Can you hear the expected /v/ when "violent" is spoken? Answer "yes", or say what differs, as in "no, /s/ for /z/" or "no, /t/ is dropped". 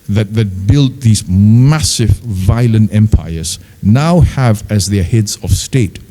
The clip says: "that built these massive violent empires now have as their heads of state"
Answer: yes